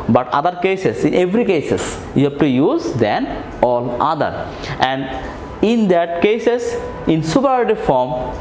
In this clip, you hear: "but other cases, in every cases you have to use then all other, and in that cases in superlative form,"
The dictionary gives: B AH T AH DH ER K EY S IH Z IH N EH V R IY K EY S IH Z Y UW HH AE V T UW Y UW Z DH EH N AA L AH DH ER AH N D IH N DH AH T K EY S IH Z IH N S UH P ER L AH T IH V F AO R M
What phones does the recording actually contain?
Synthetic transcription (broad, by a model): B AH T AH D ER K EY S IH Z IH N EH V R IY K EY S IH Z Y UW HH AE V T UW Y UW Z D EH N AA L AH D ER AH N D IH N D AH T K EY S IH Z IH N S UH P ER AH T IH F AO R M